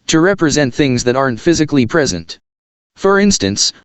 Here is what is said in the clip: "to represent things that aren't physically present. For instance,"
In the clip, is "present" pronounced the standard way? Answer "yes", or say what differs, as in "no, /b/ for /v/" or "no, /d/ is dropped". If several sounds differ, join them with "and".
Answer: yes